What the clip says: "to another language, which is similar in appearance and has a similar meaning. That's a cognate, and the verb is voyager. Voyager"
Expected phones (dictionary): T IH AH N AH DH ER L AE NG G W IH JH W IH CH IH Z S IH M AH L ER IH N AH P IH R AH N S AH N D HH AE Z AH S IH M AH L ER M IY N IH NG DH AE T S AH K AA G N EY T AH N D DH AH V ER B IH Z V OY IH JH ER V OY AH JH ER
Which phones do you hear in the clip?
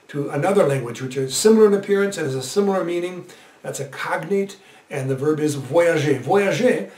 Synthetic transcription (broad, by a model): T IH AH N AH DH ER L AE NG G W IH JH W IH CH IH Z S IH M L ER IH N AH P IH R AH N S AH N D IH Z AH S IH M L ER M IY N IH NG DH AE T S AH K AA G N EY T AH N DH AH V ER B IH Z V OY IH ZH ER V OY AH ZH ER